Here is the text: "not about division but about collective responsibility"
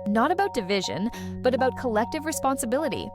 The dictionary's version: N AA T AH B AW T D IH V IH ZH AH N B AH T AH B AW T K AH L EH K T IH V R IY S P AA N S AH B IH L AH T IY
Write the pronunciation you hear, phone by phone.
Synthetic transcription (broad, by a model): N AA T AH B AW T D IH V IH ZH AH N B AH T AH B AW T K AH L EH K T IH V R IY S P AA N S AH B IH L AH T IY